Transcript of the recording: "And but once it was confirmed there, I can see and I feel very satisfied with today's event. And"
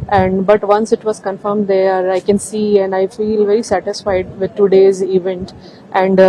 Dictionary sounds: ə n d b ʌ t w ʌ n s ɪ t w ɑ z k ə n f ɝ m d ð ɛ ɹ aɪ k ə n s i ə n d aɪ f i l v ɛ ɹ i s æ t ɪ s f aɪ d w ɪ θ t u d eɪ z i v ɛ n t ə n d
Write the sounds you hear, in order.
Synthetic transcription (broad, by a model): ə n d b ʌ t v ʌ n s ɪ t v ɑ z k ə n f ɝ m d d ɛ ɹ aɪ k ə n s i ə n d aɪ f i l v ɛ ɹ i s æ t ɪ s f aɪ d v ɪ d t u d eɪ z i v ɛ n t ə n d